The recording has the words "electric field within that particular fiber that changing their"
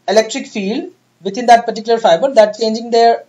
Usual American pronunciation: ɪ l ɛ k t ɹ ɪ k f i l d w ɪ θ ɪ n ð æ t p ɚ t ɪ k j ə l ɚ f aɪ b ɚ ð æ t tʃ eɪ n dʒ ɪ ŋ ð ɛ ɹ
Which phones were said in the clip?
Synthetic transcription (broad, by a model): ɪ l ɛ k t ɹ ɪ k f i l d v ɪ t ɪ n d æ t p ɚ t ɪ k j ə l ɚ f aɪ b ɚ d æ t tʃ eɪ n dʒ ɪ ŋ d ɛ ɹ